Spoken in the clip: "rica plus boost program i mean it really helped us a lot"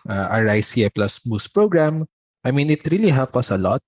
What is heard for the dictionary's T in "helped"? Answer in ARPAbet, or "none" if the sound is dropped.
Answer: none